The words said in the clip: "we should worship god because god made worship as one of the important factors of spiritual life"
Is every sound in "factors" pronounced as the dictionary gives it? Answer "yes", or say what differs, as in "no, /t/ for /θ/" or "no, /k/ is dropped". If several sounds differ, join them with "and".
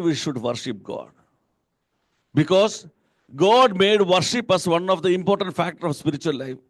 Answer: no, /z/ is dropped